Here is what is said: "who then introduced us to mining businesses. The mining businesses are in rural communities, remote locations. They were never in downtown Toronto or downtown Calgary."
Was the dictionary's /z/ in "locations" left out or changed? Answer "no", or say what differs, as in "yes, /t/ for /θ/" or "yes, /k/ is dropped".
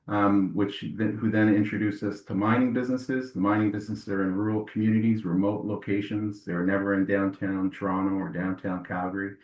no